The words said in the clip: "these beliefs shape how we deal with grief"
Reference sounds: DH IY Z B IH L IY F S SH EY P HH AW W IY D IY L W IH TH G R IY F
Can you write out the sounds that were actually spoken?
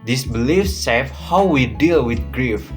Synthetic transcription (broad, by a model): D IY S B IH L IY F S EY F HH AW W IY D IY L W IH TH G R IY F